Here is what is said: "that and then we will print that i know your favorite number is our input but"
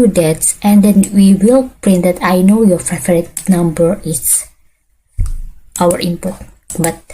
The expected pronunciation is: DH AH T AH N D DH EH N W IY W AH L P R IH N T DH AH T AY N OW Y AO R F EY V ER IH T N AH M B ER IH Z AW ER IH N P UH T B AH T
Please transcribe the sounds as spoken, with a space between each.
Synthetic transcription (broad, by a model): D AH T AH N D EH N W IY W AH L P R IH N T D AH T AY N OW Y AO R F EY F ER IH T N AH M B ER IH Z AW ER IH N P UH T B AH T